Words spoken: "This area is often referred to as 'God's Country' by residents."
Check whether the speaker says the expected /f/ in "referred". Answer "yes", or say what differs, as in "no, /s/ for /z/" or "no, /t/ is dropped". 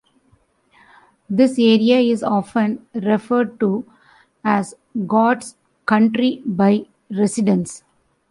yes